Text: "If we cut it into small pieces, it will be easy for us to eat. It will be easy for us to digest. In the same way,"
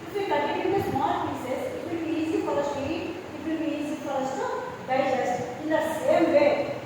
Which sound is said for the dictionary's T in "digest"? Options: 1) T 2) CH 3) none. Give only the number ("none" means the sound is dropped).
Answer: 3